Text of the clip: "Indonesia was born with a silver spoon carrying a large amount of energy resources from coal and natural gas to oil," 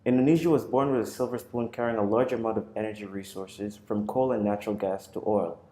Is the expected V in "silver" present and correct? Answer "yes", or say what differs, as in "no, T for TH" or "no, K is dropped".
yes